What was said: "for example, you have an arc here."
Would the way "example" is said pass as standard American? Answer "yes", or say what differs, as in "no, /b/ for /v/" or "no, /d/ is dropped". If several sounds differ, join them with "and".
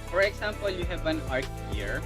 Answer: no, /s/ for /z/